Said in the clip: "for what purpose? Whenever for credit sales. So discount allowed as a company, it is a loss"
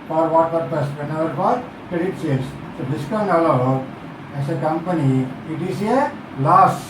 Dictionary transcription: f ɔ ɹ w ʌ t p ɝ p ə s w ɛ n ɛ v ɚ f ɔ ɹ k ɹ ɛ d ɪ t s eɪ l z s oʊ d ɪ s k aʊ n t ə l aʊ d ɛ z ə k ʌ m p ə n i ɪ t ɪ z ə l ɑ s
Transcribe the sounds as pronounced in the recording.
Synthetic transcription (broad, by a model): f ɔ ɹ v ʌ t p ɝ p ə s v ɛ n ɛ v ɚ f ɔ ɹ k ɹ ɛ d ɪ t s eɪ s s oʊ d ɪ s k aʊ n ə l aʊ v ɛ s ə k ʌ m p ə n i ɪ t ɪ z ə l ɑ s